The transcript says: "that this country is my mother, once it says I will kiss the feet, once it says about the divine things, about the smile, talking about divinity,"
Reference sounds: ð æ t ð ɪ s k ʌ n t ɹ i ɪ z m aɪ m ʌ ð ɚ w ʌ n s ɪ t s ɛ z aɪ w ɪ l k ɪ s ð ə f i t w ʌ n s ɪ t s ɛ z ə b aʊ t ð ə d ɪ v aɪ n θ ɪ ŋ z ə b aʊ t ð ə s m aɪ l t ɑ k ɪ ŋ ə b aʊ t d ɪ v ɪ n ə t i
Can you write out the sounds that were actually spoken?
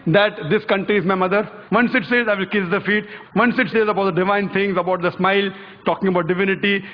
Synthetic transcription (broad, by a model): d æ t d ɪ s k ʌ n t ɹ i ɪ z m aɪ m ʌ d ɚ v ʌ n s ɪ t s ɛ z aɪ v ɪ l k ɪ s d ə f i t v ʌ n s ɪ t s ɛ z ə b aʊ t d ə d ɪ v aɪ n t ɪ ŋ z ə b aʊ t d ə s m aɪ l t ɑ k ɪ ŋ ə b aʊ t d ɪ v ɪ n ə t i